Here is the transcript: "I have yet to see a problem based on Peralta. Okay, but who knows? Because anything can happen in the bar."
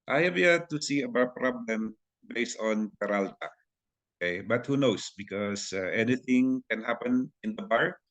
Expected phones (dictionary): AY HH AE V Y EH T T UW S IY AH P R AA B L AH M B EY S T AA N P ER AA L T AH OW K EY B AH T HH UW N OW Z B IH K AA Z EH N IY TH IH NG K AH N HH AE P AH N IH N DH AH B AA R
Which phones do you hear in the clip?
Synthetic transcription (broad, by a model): AY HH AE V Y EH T T UW S IY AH P R AA B L AH M B EY S T AA N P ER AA L T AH OW K EY B AH T HH UW N OW S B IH K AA S EH N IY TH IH NG K AH N HH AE P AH N IH N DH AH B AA R